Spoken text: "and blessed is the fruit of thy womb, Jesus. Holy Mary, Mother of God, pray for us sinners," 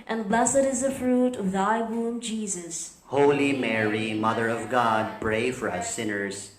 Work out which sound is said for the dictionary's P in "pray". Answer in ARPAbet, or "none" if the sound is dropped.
B